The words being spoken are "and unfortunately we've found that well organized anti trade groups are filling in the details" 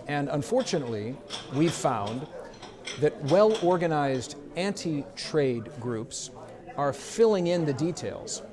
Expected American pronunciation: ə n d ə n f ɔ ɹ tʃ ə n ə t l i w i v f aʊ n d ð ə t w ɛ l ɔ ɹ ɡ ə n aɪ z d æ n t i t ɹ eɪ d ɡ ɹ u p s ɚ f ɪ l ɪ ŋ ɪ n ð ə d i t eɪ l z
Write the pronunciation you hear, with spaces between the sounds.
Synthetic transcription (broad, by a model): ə n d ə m f ɔ ɹ tʃ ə n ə t l i w i v f aʊ n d ð ə t w ɛ l ɔ ɹ ɡ ə n aɪ z d æ n t i t ɹ eɪ d ɡ ɹ u p s ɚ f ɪ l ɪ ŋ ɪ n ð ə d i t eɪ l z